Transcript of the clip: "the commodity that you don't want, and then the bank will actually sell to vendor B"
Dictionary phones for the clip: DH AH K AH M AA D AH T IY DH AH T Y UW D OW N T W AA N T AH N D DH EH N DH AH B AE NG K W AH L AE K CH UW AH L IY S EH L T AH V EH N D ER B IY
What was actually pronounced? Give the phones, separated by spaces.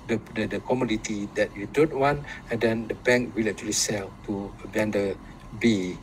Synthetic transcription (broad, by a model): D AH K AH M AA D AH T IY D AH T Y UW D OW N T W AA N T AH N D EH N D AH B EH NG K W AH L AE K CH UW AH L IY S EH L T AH B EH N D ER B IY